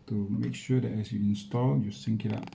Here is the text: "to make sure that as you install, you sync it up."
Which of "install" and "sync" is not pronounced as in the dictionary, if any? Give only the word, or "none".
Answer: none